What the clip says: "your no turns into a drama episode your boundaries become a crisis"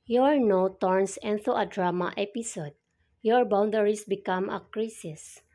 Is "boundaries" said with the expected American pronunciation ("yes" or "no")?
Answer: no